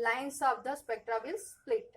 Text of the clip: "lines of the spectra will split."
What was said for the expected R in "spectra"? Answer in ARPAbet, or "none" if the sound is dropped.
R